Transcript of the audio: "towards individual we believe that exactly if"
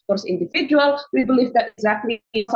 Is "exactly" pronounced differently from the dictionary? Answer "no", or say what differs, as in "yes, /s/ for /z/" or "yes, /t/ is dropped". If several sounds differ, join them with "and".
no